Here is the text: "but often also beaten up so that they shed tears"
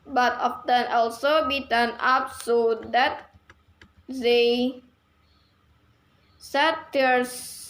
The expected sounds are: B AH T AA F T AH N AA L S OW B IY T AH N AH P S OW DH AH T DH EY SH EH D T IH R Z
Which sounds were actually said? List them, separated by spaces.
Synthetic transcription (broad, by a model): B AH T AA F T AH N AA L S OW B IY T AH N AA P S OW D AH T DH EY S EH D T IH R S